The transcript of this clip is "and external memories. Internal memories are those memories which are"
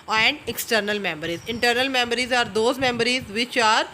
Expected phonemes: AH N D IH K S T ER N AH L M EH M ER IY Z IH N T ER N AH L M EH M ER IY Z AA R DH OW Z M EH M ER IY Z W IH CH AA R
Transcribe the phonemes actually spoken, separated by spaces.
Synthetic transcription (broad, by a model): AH N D IH K S T ER N AH L M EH M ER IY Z IH N T ER N AH L M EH M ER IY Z AA R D OW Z M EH M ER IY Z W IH CH AA R